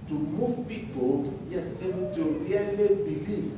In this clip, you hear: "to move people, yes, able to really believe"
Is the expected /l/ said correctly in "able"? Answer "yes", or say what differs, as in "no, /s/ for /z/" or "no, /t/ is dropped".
no, /n/ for /l/